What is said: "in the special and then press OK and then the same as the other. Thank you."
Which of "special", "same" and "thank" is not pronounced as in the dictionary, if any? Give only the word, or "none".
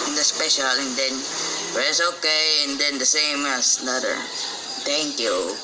thank